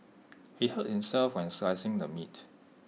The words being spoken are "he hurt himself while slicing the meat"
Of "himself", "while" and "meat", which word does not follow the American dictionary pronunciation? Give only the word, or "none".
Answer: while